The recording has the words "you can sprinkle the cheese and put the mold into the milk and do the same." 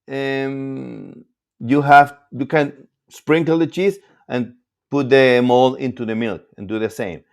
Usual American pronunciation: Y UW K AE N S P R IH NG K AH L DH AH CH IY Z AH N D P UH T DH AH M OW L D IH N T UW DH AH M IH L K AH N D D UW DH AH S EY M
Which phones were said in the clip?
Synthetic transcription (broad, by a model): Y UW K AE N S P R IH NG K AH L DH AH CH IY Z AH N P UH T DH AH M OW L IH N T UW DH AH M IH L K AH N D D UW DH AH S EY M